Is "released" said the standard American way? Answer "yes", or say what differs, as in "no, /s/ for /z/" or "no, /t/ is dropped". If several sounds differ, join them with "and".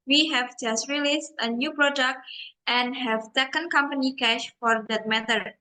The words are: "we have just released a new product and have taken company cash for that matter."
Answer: yes